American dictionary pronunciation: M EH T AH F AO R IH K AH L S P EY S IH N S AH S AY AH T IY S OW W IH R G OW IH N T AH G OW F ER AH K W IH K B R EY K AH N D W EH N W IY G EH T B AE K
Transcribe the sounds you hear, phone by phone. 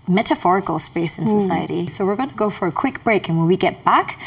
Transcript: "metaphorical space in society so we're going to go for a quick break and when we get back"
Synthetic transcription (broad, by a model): M EH T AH F AO R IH K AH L S P EY S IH N S AH S AY AH T IY S OW W IH R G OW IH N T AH G OW F ER AH K W IH K B R EY K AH N W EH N W IY G EH T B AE K